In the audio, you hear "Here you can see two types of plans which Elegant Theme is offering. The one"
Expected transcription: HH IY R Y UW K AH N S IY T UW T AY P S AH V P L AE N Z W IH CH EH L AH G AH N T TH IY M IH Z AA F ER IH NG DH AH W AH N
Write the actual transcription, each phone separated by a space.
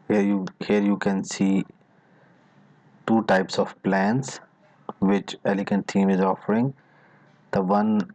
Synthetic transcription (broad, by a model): HH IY R Y UW K AH N S IY T UW T AY P S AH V P L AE N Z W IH CH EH L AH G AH N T T IY M IH Z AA F ER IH NG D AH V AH N